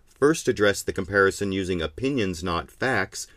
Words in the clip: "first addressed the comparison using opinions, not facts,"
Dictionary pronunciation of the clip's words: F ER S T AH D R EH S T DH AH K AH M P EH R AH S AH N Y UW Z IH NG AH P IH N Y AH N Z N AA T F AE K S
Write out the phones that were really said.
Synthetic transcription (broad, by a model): F ER S T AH D R EH S DH AH K AH M P EH R AH S AH N Y UW Z IH NG AH P IH N Y AH N Z N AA T F AE K S